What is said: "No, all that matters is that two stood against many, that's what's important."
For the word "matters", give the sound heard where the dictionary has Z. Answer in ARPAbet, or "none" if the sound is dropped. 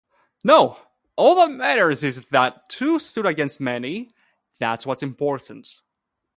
Z